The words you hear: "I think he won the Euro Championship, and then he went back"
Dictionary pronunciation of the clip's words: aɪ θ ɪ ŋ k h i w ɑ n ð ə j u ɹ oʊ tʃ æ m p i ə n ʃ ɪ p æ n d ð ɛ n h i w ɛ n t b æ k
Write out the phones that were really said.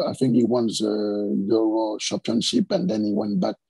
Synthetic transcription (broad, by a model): aɪ θ ɪ ŋ k h i w ɑ n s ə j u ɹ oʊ ʃ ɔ p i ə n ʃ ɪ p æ n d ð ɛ n h i w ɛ n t b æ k